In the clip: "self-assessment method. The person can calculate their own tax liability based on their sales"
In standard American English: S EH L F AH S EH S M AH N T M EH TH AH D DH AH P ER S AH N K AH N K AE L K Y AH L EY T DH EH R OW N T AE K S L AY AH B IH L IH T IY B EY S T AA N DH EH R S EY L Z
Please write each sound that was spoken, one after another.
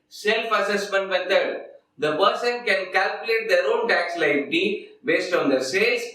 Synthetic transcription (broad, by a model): S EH L F AH S EH S M AH N T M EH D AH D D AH P ER S AH N K AH N K AE L K Y AH L EY T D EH R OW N T AE K S L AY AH IH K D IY B EY S T AA N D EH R S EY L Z